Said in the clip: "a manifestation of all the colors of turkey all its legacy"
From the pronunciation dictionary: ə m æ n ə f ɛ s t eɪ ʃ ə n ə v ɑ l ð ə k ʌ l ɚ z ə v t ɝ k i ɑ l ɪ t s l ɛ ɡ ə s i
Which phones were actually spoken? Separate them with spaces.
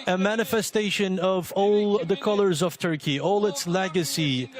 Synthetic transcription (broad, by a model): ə m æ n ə f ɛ s t eɪ ʃ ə n ə v ɑ l ð ə k ʌ l ɚ z ə v t ɝ k i ɑ l ɪ t s l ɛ ɡ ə s i